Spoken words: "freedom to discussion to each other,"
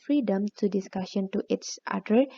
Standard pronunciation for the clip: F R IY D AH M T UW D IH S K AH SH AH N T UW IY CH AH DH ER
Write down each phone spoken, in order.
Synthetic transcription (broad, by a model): F R IY D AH M T UW D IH S K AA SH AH N T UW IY S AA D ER